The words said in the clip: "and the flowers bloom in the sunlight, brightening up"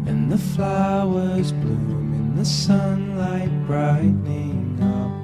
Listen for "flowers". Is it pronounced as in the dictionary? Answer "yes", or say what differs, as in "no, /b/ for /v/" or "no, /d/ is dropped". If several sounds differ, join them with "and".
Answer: yes